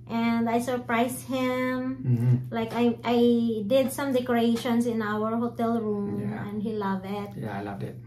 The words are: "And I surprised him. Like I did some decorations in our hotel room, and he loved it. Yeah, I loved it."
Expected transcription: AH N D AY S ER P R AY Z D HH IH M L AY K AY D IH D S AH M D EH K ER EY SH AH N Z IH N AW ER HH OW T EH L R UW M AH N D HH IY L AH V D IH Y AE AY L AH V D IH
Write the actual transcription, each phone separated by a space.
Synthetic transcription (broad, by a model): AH N D AY S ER P R AY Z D HH IH M L AY K AY D IH D S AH M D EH K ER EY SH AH N S IH N AW ER HH OW T EH L R UW M AH N D HH IY L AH V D IH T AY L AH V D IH